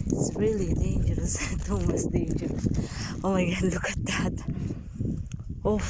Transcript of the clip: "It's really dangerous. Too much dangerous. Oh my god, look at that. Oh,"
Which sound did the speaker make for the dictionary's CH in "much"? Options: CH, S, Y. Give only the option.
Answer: S